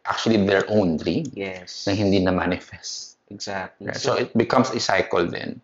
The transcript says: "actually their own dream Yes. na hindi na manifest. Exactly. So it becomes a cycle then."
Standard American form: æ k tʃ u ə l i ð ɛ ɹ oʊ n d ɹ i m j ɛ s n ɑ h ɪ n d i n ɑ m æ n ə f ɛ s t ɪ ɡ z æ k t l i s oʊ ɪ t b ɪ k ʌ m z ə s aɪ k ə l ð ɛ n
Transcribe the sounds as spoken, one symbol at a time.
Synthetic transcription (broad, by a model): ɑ k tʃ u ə l i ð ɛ ɹ oʊ n d ɹ i m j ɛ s n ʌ h ɪ n d i n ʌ m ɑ n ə f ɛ s t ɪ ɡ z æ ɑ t s oʊ ɪ t b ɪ k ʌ m s ə s aɪ k ə l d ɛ n